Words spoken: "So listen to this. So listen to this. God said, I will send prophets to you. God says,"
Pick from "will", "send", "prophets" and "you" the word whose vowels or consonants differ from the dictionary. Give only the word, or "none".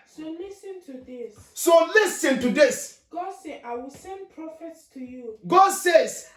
none